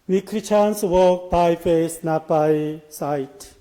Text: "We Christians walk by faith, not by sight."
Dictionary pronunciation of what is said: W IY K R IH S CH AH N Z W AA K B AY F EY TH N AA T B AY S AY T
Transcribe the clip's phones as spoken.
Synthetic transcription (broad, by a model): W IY K R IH CH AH N S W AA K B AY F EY S N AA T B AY S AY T